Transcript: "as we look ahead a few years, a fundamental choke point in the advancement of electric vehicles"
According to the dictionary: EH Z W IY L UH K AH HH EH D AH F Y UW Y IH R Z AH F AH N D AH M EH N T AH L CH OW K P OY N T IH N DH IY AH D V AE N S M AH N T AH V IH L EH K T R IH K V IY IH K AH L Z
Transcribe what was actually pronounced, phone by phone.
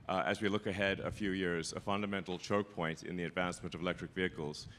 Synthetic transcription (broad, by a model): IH Z W IY L UH K AH HH EH D AH F Y UW Y IH R Z AH F AH N D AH M EH N T L CH OW K P OY N T IH N DH IY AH D V AE N S M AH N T AH V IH L EH K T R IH K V IY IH K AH L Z